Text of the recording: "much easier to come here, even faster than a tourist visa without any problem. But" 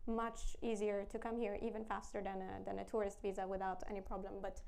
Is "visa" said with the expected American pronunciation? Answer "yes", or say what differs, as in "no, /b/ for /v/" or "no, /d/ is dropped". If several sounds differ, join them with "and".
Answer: yes